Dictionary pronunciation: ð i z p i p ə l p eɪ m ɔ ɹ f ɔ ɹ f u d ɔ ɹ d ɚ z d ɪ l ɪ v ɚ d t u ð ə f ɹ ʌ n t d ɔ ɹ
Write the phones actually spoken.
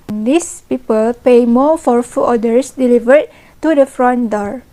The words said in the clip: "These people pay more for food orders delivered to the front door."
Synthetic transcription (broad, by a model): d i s p i p ə l p eɪ m ɔ f ɔ ɹ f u ɔ d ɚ s d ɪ l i v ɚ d t u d ə f ɹ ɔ n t d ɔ ɹ